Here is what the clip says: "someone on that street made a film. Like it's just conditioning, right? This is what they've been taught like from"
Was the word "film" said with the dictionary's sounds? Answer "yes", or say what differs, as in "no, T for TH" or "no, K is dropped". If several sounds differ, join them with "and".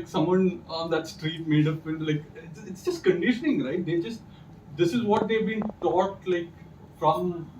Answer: no, P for F